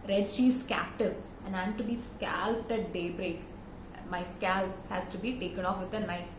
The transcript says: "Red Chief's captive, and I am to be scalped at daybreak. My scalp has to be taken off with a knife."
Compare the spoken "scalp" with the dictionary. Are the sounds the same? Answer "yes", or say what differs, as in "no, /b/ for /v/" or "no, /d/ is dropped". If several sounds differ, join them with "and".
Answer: yes